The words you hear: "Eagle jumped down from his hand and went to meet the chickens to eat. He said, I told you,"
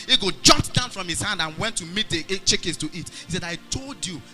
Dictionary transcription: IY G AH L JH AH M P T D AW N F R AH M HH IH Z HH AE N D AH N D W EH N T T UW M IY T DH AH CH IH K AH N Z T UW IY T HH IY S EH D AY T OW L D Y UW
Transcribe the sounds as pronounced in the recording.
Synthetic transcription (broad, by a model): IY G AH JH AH P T D AW N F R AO M HH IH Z HH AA N D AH N W EH N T T UW M IY T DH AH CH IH K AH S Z T UW IY T HH IY S EH D AY T OW L D Y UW